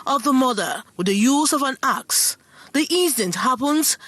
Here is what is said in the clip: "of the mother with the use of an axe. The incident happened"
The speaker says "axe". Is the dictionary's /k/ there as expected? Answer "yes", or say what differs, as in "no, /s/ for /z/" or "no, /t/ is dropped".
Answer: yes